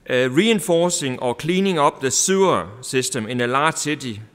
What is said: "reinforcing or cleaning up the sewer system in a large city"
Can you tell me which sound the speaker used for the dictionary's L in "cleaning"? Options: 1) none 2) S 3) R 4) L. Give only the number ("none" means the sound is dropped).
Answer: 4